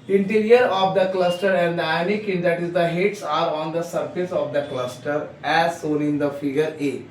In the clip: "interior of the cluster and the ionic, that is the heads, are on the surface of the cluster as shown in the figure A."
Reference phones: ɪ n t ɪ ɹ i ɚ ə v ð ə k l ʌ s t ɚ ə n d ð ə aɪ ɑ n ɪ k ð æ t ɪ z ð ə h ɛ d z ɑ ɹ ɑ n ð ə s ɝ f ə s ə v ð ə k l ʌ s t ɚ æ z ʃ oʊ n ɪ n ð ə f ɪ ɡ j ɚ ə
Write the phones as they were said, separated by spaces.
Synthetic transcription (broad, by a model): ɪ n t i ɹ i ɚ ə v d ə k l ʌ s t ɚ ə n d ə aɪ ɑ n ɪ k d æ t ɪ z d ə h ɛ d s ɑ ɹ ɑ n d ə s ɝ f ə s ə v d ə k l ʌ s t ɚ æ z s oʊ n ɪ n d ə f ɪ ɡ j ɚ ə